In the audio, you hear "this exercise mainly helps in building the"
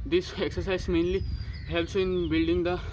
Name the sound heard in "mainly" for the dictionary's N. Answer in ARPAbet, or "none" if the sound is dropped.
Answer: N